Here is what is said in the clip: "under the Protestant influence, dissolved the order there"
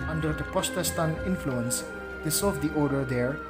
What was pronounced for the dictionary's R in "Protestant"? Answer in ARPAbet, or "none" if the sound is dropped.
none